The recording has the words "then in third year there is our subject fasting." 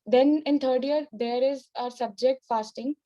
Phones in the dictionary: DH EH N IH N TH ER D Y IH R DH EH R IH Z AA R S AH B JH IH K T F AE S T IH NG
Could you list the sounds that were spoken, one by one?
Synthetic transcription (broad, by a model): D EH N IH N T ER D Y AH R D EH R IH Z AA R S AH B JH IH K T F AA S T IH NG